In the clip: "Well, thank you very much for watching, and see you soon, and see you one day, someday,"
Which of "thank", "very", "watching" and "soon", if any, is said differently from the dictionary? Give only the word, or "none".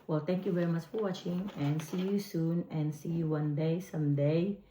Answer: thank